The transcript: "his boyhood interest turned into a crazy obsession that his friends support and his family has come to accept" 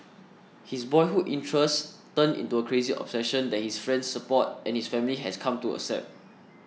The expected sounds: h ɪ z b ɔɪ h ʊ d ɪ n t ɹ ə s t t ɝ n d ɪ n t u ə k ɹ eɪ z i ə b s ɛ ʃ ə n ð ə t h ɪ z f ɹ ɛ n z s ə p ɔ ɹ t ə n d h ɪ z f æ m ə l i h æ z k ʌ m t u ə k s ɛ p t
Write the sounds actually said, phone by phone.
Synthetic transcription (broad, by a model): h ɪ s b ɔɪ h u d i n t ɹ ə s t t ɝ n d ɪ n t u ə k ɹ eɪ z i ə b s ɛ ʃ ə n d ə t h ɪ s f ɹ ɛ n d s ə p ɔ t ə n h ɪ s f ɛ m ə l i h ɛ s k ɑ m t u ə s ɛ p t